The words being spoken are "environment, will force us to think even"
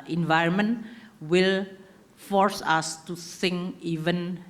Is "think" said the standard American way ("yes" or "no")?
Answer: no